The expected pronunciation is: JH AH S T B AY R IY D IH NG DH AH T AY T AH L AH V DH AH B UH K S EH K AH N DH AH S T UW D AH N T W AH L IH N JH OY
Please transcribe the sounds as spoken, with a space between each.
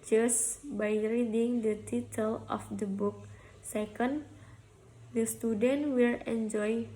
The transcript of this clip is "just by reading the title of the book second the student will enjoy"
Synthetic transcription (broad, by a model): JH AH S B AY R IY D IH NG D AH T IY T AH L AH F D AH B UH K S EH K AH N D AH S T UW D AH N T W AH L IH N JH OY